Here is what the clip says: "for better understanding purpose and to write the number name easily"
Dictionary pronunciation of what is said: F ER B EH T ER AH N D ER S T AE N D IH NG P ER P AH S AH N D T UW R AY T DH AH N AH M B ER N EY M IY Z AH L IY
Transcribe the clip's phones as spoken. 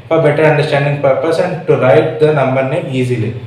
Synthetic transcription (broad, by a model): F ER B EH T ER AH N D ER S T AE N D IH NG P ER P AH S AH N D T UW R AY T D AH N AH M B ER N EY IY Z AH L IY